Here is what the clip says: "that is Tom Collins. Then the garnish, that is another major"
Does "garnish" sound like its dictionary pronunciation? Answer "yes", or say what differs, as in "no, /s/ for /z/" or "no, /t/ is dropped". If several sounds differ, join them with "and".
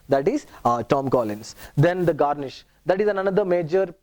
yes